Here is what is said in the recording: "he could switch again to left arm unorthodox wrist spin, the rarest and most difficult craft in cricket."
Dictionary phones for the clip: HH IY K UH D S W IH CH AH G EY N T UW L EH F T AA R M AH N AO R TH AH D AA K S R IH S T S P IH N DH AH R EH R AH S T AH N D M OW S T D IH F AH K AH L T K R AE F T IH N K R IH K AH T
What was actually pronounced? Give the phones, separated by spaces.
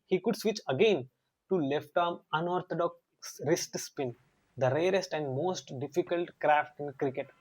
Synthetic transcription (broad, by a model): HH IY K UH D S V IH CH AH G EY N T UW L EH F T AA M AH N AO R T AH D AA K S R IH S T S P IH N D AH R EH R AH S T AH N D M OW S T D IH F AH K AH L T K R AE F T IH N K R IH K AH T